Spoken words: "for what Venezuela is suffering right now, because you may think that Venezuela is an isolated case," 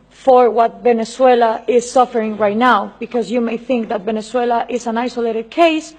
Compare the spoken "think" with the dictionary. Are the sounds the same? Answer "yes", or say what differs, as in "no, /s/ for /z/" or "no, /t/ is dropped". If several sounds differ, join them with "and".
yes